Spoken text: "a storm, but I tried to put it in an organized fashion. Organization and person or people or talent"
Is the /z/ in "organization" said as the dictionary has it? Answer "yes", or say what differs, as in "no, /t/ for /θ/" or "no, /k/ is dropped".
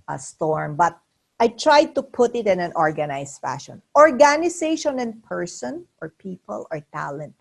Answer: no, /s/ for /z/